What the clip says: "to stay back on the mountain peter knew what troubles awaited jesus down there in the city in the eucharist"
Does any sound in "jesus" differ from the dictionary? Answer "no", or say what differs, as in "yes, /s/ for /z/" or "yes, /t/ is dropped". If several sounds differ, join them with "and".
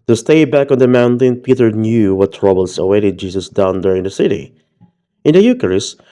yes, /s/ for /z/